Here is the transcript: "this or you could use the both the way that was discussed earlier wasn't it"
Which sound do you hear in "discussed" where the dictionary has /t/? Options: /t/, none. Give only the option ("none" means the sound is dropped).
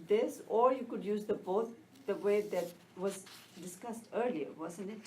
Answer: /t/